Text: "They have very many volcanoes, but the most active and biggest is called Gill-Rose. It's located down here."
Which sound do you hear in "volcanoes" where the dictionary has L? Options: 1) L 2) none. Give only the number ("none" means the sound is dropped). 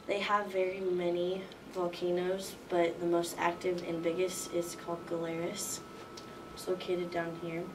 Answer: 1